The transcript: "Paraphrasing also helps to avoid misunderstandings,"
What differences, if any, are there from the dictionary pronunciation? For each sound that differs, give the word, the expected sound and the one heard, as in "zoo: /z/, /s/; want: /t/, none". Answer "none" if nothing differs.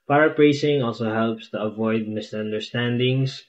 none